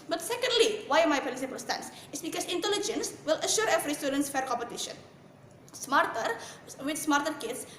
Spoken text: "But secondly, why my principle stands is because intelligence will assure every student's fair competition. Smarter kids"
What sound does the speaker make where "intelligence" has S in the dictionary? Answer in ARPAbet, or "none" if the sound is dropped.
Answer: S